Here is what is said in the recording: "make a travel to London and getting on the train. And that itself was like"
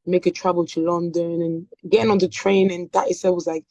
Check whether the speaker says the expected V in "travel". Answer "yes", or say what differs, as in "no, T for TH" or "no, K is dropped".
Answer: no, B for V